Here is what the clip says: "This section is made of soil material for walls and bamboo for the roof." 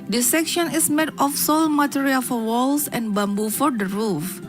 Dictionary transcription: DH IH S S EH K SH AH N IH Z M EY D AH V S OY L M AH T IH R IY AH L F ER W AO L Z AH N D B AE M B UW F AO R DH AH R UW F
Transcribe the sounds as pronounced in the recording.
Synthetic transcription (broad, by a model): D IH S S EH K SH AH N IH S M EY D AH F S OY L M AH T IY R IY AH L F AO W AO L S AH N B AE M B UW F AO R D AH R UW F